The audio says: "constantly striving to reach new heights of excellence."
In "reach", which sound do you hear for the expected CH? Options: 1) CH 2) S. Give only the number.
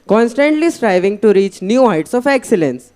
1